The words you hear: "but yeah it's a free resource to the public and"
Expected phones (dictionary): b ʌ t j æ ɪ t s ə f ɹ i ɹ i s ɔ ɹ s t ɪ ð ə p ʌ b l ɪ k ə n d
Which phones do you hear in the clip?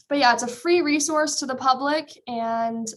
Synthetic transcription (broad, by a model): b ʌ t j æ ɪ t s ə f ɹ i ɹ i s ɔ ɹ s t ɪ ð ə p ʌ b l ɪ k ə n